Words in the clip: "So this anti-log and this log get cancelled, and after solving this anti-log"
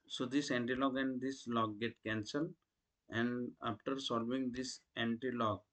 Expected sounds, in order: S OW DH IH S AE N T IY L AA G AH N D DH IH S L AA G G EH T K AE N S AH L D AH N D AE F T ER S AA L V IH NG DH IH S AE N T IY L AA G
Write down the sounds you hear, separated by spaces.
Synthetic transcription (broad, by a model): S OW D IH S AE N T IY L AA G AH N D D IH S L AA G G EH T K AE N S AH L AH N D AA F T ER S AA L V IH NG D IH S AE N T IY L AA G